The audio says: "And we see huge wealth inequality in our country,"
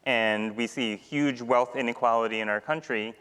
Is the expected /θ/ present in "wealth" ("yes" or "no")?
yes